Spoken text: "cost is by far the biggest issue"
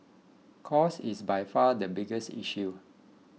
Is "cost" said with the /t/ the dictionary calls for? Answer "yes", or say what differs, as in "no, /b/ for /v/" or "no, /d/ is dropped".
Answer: no, /t/ is dropped